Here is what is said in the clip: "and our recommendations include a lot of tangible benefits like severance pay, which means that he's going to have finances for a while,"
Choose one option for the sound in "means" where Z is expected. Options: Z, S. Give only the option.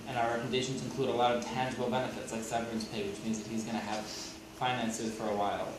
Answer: Z